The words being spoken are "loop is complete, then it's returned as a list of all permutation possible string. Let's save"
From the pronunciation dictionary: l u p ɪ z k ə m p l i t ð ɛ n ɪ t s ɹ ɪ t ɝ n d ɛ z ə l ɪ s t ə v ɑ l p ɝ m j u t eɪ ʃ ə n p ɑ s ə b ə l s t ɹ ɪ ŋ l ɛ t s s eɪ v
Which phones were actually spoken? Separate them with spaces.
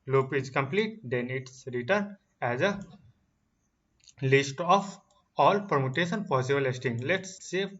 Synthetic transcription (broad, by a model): l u p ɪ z k ə m p l i t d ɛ n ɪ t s ɹ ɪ t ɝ n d ɛ z ə l ɪ s t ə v ɑ l p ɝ m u t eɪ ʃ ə n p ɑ s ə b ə l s t ɪ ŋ l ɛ t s s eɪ